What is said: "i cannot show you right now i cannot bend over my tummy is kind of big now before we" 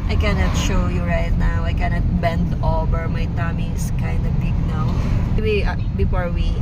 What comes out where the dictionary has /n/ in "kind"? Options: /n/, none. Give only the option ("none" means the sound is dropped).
/n/